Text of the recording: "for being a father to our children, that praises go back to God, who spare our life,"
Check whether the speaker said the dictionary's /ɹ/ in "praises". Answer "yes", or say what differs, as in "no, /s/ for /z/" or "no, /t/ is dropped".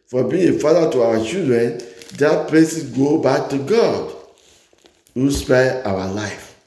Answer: no, /l/ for /ɹ/